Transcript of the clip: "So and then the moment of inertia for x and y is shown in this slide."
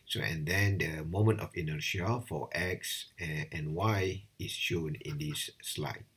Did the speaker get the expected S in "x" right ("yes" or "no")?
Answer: yes